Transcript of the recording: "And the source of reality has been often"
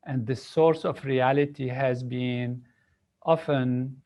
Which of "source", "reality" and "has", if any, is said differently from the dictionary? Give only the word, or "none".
none